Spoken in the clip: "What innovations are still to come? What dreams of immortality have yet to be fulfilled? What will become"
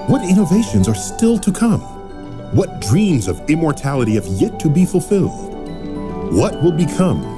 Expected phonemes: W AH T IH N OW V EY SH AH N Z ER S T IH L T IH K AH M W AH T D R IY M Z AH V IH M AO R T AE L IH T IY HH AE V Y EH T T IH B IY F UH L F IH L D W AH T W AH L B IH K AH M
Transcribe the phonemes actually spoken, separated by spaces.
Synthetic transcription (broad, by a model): W AH T IH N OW V EY SH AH N Z ER S T IH L T IH K AH M W AH T D R IY M Z AH V IH M AO R T AE L IH T IY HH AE V Y EH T T IH B IY F UH L F IH L D W AH T W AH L B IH K AH M